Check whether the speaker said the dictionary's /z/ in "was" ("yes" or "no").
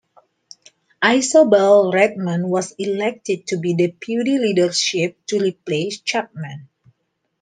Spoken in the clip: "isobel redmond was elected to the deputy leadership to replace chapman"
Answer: no